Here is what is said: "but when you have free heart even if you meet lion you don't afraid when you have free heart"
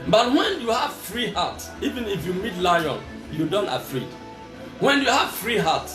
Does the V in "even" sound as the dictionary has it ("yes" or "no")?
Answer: yes